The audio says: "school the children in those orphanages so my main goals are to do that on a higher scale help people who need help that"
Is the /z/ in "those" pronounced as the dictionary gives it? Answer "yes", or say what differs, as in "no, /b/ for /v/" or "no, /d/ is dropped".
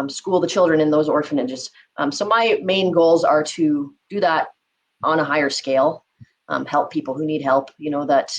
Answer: yes